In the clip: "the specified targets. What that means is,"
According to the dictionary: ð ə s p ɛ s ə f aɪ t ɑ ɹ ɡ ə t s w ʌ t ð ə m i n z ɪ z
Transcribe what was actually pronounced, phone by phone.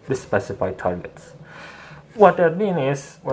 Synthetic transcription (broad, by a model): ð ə s p ɛ s ə f aɪ t ɑ ɹ ɡ ə t s w ʌ t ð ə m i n ɪ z